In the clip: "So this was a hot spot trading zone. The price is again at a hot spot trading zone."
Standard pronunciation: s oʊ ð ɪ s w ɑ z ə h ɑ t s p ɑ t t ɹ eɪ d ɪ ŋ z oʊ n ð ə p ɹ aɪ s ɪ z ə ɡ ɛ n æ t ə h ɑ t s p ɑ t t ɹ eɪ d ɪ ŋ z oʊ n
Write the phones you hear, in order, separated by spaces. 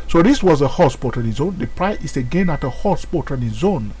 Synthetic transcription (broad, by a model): s oʊ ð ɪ s w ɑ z ə h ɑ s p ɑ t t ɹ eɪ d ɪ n z oʊ n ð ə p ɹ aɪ ɪ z ə ɡ ɛ n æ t ə h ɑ s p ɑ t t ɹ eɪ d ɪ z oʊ n